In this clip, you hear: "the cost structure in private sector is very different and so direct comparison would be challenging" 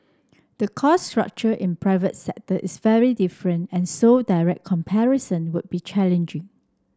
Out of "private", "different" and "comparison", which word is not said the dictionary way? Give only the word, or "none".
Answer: none